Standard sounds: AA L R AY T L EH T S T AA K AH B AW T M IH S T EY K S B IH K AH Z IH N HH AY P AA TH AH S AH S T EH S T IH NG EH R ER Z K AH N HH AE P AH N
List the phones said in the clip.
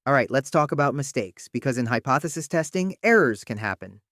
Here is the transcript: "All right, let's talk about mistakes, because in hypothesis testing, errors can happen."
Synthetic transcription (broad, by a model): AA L R AY T L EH T S T AA K AH B AW T M IH S T EY K S B IH K AH Z IH N HH AY P AA TH AH S AH S T EH S T IH NG EH R ER Z K AH N HH AE P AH N